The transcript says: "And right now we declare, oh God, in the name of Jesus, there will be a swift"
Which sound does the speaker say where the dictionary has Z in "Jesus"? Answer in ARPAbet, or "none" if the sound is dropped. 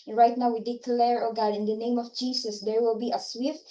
S